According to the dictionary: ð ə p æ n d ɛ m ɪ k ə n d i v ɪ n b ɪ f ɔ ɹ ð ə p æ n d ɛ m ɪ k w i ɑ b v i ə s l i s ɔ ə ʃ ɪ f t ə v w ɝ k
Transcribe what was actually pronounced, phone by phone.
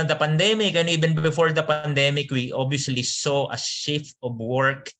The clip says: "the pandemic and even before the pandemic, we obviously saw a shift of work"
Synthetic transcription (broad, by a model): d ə p æ n d ɛ m ɪ k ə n i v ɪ n b ɪ f ɔ ɹ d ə p æ n d ɛ m ɪ k w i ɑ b i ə s l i s ɔ ə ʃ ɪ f t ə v w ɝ k